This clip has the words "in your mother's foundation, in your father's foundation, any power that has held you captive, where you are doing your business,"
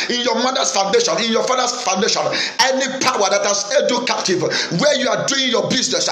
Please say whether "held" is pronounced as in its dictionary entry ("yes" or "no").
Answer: no